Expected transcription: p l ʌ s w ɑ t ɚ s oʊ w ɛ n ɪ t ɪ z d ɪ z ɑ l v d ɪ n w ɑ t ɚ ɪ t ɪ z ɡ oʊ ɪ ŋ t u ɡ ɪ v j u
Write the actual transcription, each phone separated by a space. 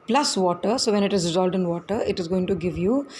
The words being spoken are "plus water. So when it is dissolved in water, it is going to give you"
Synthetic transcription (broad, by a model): p l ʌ s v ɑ t ɚ s oʊ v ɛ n ɪ t ɪ z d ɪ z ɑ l d ɪ n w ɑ t ɚ ɪ t ɪ z ɡ oʊ ɪ ŋ t u ɡ ɪ v j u